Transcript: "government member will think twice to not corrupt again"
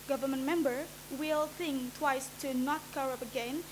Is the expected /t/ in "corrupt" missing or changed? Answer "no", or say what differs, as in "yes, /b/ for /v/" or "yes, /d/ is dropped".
yes, /t/ is dropped